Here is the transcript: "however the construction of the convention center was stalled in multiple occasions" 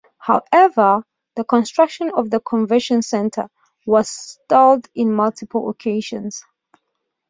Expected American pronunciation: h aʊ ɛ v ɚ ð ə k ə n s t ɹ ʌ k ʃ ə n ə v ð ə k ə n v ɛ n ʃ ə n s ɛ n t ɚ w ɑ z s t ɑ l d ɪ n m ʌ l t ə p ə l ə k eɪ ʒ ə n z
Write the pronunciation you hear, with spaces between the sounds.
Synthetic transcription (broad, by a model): h aʊ ɛ v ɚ ð ə k ə n s t ɹ ʌ k ʃ ə n ə v ð ə k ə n v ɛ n ʃ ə n s ɛ n t ɚ w ɑ z s t ɑ l d ɪ n m ʌ l t ə p ə l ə k eɪ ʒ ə n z